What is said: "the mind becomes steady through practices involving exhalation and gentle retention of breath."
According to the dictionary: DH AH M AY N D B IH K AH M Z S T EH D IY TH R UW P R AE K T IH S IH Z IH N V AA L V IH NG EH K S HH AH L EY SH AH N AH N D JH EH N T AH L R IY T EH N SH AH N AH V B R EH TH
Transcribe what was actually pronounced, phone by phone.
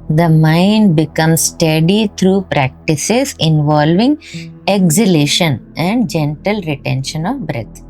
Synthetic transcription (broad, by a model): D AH M AY N D B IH K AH M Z S T EH D IY T R UW P R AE K T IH S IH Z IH N V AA L V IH NG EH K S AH L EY SH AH N AH N D JH EH N T AH L R IY T EH N SH AH N AH V B R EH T